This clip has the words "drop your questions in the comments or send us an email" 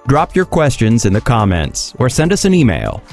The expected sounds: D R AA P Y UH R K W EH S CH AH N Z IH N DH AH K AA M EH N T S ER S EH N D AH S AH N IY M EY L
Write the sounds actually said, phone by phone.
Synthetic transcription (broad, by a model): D R AA P Y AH R K W EH S CH AH N Z IH N DH AH K AA M EH N T S ER S EH N D AH S AH N IY M EY L